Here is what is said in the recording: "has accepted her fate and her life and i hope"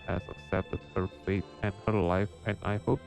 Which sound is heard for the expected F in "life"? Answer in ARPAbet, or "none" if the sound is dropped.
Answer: F